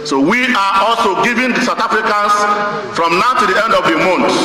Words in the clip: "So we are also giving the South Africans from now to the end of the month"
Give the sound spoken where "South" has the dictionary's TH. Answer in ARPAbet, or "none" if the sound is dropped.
T